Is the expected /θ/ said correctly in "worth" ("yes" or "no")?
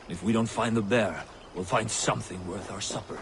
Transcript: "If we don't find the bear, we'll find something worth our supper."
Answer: yes